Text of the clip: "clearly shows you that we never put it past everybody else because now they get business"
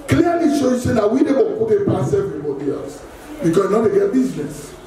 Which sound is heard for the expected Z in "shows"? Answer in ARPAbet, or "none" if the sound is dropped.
none